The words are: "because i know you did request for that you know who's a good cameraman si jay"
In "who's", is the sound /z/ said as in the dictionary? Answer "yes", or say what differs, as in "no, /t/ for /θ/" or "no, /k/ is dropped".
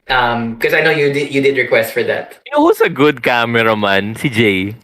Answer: no, /s/ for /z/